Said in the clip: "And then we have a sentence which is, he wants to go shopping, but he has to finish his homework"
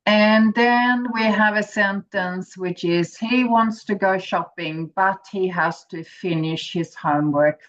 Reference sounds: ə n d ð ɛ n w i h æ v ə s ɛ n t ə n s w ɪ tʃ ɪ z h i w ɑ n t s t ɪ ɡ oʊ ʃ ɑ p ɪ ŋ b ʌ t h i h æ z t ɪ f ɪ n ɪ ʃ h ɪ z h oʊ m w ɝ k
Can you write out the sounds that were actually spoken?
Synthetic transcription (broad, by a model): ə n ð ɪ n w i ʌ v ə s ɛ n t ə n s w ɪ tʃ ɪ z h i w ɑ n t s t ɪ ɡ oʊ ʃ ɑ p ɪ ŋ b ʌ t h i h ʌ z t ɪ f ɪ n ɪ ʃ h ɪ z h oʊ m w ɝ k